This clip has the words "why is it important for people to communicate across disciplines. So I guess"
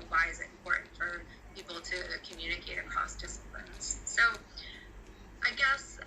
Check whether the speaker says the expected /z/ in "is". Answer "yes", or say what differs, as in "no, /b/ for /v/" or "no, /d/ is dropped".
yes